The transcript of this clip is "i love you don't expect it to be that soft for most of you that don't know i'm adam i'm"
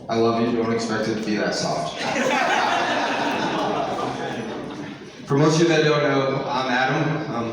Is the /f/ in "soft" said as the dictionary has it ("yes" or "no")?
no